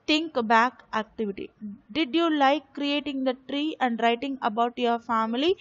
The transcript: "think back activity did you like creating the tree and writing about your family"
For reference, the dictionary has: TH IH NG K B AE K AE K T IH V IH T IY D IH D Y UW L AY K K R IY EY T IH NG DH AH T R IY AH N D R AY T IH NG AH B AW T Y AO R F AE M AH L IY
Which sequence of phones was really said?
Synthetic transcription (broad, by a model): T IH NG K B AE K AE K T IH V IH T IY D IH D Y UW L AY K K R IY EY T IH NG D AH T R IY AH N D R AY T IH NG AH B AW T Y AO R F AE M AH L IY